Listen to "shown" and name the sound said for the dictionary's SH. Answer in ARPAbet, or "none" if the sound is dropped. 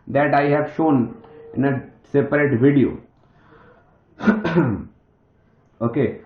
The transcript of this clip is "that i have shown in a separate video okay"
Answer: SH